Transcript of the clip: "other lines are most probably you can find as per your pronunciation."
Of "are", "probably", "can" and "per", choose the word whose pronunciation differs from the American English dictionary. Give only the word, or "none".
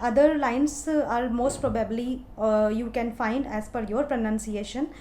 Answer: per